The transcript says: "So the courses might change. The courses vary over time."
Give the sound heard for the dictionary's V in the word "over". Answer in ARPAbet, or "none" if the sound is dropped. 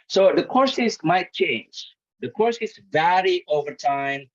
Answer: V